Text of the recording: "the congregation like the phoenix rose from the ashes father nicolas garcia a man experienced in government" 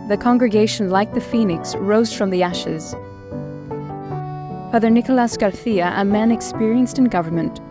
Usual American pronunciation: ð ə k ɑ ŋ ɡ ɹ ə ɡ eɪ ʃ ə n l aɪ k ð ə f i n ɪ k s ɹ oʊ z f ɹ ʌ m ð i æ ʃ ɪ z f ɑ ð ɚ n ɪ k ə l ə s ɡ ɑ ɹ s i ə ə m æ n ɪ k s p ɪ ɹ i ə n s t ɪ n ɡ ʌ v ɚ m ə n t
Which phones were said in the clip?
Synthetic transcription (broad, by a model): ð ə k ɑ ŋ ɡ ɹ ə ɡ eɪ ʃ ə n l aɪ k ð ə f i n ɪ k s ɹ oʊ z f ɹ ʌ m ð i æ ʃ ɪ z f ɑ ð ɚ n ɪ k ə l ə s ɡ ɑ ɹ θ i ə ə m æ n ɪ k s p ɪ ɹ i ə n s t ɪ n ɡ ʌ v ɚ m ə n t